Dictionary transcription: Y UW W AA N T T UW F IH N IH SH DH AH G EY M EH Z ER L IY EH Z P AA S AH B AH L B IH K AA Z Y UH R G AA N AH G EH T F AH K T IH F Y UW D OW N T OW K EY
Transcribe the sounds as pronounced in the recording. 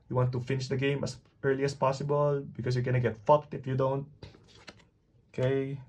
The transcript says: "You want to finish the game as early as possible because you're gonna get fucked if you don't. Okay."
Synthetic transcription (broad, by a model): Y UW W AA N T T UW F IH N IH SH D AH G EY M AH S ER L IY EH S P AA S AH B AH L B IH K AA S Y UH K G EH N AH G EH T F AH K T IH F Y UW D OW N T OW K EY